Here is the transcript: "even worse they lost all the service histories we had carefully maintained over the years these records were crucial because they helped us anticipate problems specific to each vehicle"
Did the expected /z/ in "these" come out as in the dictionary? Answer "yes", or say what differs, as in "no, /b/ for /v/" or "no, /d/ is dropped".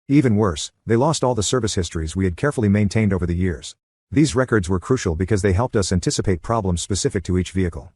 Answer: yes